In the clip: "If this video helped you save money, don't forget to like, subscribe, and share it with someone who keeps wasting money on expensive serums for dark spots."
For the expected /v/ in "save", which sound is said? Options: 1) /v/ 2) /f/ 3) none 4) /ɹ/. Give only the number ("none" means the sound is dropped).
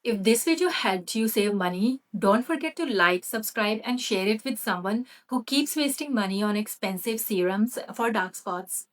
1